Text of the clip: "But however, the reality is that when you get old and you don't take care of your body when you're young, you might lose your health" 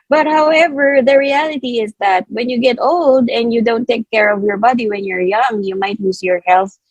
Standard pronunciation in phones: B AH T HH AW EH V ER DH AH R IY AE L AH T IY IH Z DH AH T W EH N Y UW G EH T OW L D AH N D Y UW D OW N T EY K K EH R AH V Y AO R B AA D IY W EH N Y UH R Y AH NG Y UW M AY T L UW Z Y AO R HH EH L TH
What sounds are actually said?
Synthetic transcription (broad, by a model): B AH T HH AW EH V ER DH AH R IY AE L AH T IY IH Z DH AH T W EH N Y UW G EH T OW L D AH N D Y UW D OW N T EY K K EH R AH V Y AO R B AA D IY W EH N Y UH R Y AH NG Y UW M AY T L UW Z Y AO R HH EH L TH